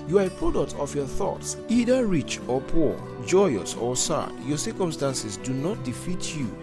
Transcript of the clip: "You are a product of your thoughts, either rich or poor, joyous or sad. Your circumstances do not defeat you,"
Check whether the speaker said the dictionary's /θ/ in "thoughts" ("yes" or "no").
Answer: yes